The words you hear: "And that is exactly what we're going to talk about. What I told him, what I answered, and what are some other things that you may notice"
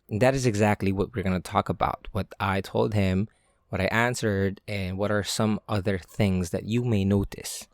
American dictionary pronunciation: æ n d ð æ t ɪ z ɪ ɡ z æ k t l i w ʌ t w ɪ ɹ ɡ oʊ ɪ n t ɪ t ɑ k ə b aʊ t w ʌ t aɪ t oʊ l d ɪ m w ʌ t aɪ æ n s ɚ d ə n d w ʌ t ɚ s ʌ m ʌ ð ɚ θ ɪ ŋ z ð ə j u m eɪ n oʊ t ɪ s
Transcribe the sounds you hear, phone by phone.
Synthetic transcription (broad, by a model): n ð æ t ɪ z ɪ ɡ z æ k t l i w ʌ t w ɪ ɹ ɡ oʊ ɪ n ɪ t ɑ k ə b aʊ t w ʌ t aɪ t oʊ l d ɪ m w ʌ t aɪ æ n s ɚ d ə n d w ʌ t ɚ s ʌ m ʌ ð ɚ θ ɪ ŋ z ð ə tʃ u m eɪ n oʊ t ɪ s